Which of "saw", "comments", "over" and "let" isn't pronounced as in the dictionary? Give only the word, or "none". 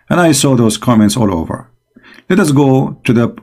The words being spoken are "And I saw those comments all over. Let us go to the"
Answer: none